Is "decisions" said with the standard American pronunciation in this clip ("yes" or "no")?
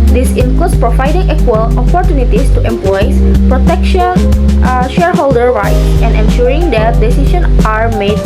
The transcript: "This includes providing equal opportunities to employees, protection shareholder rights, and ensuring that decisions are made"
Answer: no